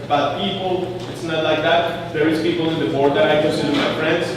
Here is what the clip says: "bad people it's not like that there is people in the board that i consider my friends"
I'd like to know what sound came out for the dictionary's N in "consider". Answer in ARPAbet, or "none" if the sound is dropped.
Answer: none